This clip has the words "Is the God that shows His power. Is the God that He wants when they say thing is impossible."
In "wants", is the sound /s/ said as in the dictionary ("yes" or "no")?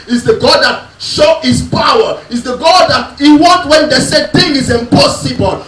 no